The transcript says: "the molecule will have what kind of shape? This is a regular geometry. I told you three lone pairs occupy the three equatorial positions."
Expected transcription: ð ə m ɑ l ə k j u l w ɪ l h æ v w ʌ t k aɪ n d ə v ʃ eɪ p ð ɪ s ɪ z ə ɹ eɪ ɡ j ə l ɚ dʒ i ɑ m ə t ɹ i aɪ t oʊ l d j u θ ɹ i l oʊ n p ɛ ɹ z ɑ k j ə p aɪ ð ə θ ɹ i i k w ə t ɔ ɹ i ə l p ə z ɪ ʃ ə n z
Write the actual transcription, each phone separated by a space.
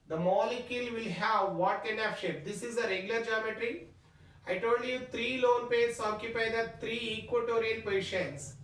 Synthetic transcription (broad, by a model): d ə m ɑ l ə k j u l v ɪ l h æ v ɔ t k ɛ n ə f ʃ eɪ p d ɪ s ɪ z ə ɹ eɪ ɡ j ə l ɚ dʒ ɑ m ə t ɹ i aɪ t oʊ l d j u t ɹ i l oʊ n p ɛ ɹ s ɑ k j ə p aɪ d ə t ɹ i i k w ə t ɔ ɹ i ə l p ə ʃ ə n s